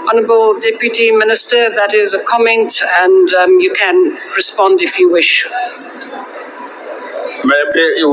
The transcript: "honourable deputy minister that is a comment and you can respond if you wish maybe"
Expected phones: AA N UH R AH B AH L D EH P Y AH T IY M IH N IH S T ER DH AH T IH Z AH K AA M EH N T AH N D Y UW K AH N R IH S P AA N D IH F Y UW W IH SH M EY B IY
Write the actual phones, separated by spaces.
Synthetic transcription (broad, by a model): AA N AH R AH B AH L D EH P Y AH T IY M IH N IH S T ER DH AH T IH Z AH K AA M EH N T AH N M Y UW K AH N R IH S P AA N D IH F Y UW W IH SH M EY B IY